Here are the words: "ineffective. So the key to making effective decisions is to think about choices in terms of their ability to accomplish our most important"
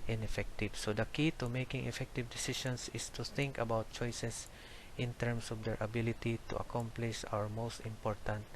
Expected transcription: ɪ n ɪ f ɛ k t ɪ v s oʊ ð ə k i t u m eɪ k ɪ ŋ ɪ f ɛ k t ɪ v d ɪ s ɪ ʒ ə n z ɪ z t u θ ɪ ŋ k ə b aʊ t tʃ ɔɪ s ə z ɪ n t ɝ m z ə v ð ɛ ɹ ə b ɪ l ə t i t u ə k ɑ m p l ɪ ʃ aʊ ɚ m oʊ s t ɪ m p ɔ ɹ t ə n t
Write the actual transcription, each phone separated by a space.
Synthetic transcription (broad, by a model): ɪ n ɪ f ɛ k t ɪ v s oʊ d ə k i t u m eɪ k ɪ ŋ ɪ f ɛ k t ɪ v d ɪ s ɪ ʃ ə n s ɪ s t u θ ɪ ŋ k ə b aʊ t tʃ ɔɪ s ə s ɪ n t ɝ m s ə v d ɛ ɹ ə b ɪ l ə t i t u ə k ɑ m p l ɪ ʃ aʊ ɚ m oʊ s t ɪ m p ɔ ɹ t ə n t